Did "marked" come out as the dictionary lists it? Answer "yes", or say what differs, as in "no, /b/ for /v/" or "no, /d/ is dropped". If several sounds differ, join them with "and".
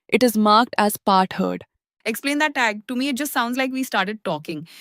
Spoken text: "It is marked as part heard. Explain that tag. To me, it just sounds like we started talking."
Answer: yes